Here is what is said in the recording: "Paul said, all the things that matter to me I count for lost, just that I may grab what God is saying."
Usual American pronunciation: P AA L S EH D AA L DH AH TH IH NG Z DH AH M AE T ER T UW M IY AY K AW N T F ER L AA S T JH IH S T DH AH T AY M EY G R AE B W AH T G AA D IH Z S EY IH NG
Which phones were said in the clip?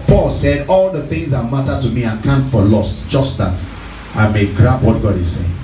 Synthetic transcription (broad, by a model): P AA L S EH D AA L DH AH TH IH NG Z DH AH M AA T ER T UW M IY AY K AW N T F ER L AA S T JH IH S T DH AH T AY M EY G R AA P W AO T G AA D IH S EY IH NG